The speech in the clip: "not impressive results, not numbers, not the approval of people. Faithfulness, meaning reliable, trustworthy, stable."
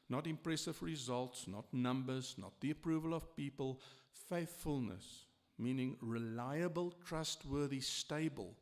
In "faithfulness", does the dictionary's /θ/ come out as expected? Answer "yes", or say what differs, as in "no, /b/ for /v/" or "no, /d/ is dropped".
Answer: yes